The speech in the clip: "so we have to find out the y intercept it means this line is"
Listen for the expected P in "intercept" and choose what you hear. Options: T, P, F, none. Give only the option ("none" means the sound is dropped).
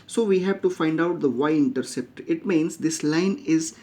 P